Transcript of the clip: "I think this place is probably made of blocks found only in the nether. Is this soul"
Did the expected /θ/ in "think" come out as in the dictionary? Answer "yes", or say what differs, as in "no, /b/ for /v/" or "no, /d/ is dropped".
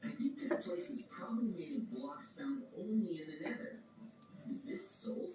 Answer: yes